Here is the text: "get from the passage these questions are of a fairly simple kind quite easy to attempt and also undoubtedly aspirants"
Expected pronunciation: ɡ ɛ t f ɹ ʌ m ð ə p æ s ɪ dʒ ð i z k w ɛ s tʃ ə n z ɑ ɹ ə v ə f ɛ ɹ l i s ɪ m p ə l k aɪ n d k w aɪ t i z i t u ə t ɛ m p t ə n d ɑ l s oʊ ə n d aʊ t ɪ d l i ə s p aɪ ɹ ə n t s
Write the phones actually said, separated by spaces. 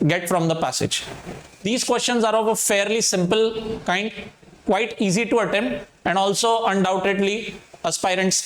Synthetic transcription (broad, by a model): ɡ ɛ t f ɹ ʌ m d ə p æ s ɪ dʒ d i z k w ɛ s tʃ ə n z ɑ ɹ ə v ə f ɛ ɹ l i s ɪ m p ə l k aɪ n d k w aɪ t i z i t u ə t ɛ m ə n d ɑ l s oʊ ə n d aʊ t ɪ d l i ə s p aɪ ɹ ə n t s